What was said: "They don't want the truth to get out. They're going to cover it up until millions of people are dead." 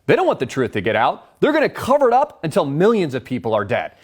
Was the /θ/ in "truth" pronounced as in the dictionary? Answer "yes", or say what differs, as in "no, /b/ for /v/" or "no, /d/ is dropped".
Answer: yes